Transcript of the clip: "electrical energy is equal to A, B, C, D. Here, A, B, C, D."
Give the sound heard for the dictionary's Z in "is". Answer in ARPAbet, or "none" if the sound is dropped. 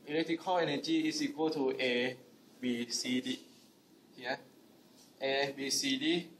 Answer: S